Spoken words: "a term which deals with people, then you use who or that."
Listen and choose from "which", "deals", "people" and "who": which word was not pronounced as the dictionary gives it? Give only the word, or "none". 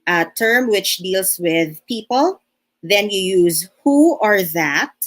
deals